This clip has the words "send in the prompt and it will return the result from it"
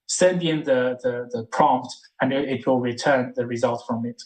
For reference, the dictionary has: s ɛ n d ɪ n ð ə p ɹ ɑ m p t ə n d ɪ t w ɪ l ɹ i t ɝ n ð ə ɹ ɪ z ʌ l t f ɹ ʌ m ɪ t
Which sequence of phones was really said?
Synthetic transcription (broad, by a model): s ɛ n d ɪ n ð ə p ɹ ɑ m p t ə n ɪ ɪ t w ɪ l ɹ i t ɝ n ð ə ɹ ɪ z ʌ l t f ɹ ʌ m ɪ t